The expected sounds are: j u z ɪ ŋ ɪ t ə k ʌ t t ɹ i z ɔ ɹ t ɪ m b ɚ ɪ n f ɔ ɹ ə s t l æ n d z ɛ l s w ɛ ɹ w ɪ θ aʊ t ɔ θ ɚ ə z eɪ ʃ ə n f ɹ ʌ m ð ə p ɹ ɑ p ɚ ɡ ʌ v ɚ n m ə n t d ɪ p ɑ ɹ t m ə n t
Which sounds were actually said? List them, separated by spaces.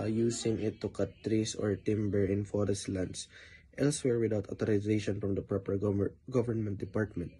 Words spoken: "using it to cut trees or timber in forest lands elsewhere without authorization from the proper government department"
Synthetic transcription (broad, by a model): j u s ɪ ŋ ɪ t ə k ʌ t t ɹ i s ɔ ɹ t ɪ m b ɚ ɪ n f ɔ ɹ ə s t l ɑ n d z ɛ l s w ɛ ɹ w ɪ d aʊ t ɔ t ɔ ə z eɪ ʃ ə n f ɹ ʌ m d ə p ɹ ɑ p ɚ ɡ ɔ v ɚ n m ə n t d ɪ p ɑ ɹ t m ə n t